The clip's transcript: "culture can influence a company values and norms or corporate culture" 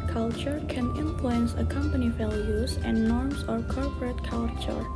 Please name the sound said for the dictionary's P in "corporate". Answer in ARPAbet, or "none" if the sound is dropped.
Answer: P